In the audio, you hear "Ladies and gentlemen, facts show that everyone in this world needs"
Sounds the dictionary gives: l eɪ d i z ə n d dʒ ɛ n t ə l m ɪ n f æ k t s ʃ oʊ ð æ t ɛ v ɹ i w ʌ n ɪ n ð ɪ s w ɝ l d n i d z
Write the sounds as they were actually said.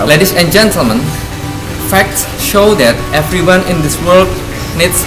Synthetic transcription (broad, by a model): l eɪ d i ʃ ə n d dʒ ɛ n t ə l m ɪ n f æ k t s ʃ oʊ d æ t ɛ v ɹ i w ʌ n ɪ n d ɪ s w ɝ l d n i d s